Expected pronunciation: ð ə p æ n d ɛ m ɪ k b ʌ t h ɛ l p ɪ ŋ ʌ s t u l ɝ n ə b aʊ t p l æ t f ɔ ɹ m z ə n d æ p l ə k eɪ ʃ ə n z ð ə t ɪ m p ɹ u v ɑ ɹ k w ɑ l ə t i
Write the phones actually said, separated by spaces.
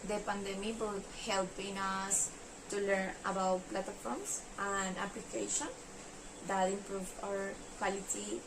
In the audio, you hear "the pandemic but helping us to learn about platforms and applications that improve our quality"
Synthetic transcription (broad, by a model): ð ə p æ n d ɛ m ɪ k b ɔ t h ɛ l p ɪ ŋ ʌ s t u l ɝ n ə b aʊ t p l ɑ t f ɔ ɹ m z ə n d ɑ p l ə k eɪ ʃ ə n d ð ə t ɪ m p ɹ u v ɑ ɹ k w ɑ l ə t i